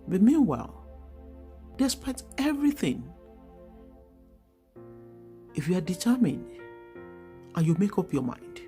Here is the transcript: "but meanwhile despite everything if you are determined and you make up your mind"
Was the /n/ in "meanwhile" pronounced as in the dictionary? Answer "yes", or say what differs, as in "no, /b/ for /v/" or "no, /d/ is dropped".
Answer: yes